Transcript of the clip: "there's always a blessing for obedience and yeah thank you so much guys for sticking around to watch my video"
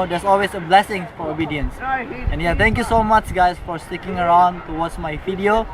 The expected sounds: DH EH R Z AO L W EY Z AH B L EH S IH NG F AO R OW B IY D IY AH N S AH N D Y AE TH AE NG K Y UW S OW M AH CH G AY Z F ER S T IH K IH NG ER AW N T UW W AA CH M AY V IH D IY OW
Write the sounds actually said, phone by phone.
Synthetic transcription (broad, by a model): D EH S AO L W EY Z AH B L EH S IH NG F AO R OW B IY D IY AH N S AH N Y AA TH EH NG K Y UW S OW M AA CH G AY S F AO S T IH K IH NG ER AW N T UW W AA S M AY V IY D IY OW